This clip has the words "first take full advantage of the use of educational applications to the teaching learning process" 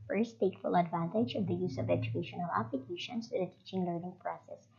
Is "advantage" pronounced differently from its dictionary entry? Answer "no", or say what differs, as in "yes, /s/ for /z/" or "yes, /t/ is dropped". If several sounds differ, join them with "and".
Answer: no